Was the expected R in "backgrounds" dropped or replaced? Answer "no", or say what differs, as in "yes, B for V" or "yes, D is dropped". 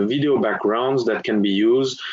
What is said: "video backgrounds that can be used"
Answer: no